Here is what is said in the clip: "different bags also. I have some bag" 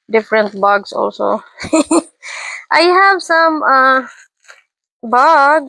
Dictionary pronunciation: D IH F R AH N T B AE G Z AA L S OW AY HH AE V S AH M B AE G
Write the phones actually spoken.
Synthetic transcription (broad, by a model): D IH F R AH N T B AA G S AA L S OW AY HH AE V S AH M B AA G